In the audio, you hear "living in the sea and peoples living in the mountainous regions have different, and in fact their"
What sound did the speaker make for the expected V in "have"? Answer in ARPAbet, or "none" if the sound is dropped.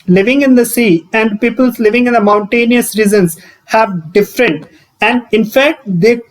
V